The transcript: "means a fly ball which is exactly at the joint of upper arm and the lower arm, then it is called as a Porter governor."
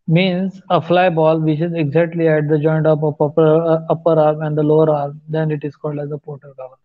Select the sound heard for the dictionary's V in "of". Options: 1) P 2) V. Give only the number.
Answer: 1